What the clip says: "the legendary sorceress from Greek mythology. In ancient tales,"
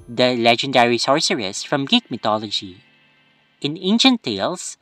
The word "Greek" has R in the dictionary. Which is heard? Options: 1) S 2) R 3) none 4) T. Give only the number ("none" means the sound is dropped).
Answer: 3